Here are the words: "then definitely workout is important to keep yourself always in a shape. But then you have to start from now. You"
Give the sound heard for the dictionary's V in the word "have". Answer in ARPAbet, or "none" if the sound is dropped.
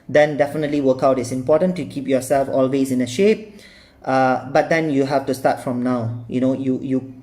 F